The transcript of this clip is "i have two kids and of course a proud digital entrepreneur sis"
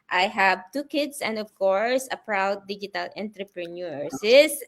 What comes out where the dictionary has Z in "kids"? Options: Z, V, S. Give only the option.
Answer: S